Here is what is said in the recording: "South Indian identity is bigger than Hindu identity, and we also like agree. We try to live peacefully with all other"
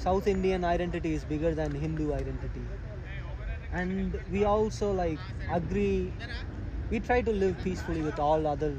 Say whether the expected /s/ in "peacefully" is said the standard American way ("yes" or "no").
yes